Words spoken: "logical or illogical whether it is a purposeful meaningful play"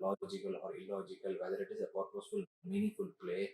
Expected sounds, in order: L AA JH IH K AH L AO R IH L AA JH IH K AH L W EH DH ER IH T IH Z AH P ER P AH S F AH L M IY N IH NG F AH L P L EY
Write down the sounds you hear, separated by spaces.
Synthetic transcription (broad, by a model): L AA JH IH K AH L AO R IH L AA JH IH K AH L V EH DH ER IH T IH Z AH P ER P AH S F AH L M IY N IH F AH L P L EY